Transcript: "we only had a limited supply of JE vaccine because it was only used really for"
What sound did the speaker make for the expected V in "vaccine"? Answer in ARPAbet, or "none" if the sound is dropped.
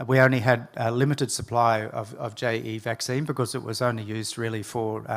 V